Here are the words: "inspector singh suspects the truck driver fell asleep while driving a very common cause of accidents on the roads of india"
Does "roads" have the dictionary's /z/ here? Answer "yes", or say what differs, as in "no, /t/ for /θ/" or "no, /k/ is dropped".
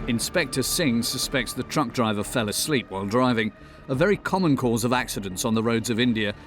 yes